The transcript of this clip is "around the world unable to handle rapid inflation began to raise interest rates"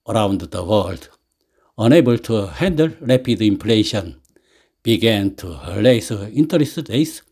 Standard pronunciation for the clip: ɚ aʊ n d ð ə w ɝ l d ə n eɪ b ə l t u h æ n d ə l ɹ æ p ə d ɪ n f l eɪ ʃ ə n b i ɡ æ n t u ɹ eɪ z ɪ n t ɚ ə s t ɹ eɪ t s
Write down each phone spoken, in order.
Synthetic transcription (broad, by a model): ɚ aʊ n d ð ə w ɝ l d ə n eɪ b ə l t u h æ n d ə l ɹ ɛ p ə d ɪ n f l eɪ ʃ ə n b i ɡ æ n t u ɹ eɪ s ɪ n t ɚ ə s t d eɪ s